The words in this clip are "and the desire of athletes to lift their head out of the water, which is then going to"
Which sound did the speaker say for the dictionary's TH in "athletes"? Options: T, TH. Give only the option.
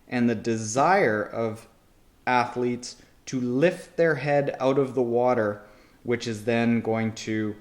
TH